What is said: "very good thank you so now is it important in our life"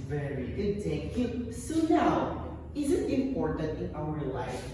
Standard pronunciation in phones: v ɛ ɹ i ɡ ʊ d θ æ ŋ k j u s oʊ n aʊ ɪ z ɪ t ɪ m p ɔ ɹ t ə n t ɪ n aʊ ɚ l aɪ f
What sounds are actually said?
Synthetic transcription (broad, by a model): v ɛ ɹ i ɡ ʊ d t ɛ k j u s oʊ n aʊ ɪ z ɪ t ɪ m p ɔ ɹ t ə n t ɪ n aʊ ɚ l aɪ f